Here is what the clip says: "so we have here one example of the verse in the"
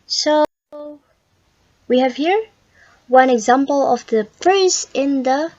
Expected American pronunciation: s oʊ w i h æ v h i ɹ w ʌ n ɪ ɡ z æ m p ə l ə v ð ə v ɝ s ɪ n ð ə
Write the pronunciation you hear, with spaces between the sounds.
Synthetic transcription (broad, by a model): s oʊ w i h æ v h i ɹ w ʌ n ɪ ɡ z æ m p ə l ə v ð ə p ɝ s ɪ n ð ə